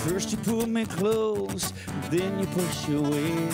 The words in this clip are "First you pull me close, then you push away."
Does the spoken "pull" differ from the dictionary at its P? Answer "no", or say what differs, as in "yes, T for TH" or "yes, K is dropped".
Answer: no